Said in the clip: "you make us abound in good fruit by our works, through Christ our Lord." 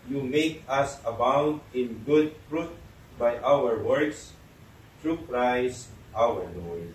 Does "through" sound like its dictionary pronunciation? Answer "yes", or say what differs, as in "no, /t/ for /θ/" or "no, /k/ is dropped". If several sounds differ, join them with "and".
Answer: no, /t/ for /θ/